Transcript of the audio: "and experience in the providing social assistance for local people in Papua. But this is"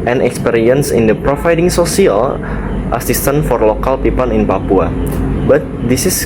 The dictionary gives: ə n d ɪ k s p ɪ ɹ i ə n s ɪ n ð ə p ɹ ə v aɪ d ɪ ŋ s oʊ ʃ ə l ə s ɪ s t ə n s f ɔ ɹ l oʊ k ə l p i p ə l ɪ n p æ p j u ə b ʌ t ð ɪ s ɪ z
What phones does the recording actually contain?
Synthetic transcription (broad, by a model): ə n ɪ k s p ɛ ɹ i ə n s ɪ n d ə p ɹ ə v aɪ d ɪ ŋ s oʊ s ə l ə s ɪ s t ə n f ɔ ɹ l oʊ k ə l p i p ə n ɪ n p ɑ p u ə b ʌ t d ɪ s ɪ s